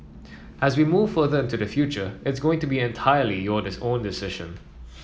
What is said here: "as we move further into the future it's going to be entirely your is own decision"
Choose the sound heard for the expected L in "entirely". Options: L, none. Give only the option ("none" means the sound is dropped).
L